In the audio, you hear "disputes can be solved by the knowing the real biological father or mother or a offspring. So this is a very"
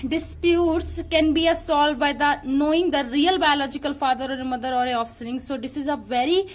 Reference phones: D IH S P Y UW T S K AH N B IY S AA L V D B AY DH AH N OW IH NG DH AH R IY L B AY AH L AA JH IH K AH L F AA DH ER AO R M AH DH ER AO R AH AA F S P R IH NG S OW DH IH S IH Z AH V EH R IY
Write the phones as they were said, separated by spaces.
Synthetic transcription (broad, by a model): D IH S P Y UW T S K AH N B IY S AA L D B AY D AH N OW IH NG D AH R IY L B AY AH L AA JH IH K AH L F AA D ER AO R M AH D ER AO R AH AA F S R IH NG S OW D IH S IH Z AH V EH R IY